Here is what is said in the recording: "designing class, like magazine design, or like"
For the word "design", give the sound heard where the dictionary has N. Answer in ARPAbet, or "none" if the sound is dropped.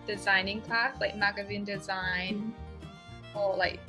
N